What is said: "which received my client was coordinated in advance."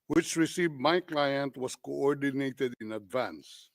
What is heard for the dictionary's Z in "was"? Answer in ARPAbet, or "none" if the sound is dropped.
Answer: S